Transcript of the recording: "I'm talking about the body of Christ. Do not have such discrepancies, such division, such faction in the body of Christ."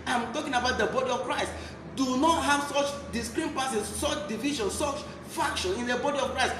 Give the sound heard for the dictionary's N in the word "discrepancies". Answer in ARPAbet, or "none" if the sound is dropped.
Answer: none